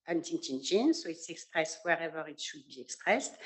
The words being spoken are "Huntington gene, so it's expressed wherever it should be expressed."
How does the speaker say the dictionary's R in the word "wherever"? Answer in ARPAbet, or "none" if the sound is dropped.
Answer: R